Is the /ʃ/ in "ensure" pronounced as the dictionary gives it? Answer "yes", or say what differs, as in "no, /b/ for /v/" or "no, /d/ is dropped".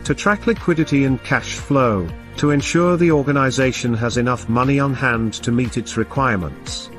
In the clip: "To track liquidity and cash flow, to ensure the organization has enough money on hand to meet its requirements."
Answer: yes